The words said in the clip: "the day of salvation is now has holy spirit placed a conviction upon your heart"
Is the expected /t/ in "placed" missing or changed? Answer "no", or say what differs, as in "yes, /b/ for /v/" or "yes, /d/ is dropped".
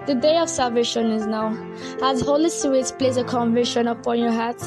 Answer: yes, /t/ is dropped